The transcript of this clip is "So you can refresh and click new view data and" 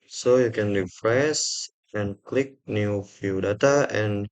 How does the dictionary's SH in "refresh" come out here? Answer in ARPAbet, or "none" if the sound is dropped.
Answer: S